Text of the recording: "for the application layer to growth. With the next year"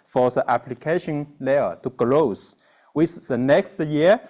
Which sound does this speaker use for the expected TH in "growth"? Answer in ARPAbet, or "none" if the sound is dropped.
S